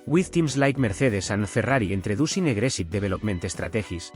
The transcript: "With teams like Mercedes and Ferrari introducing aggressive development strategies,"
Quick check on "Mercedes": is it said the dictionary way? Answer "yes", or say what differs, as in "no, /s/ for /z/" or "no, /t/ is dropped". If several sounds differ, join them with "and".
no, /θ/ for /s/ and /s/ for /z/